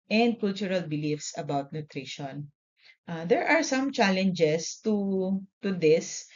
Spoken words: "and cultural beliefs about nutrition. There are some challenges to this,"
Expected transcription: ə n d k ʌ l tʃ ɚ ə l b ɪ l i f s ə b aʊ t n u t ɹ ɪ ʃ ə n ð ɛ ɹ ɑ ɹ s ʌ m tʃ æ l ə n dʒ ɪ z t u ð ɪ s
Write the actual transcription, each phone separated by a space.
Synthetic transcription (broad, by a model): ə n d k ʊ l tʃ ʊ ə l b ɪ l i f s ə b aʊ t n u t ɹ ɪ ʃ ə n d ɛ ɹ ɑ ɹ s ʌ m tʃ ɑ l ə n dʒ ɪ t t u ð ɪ s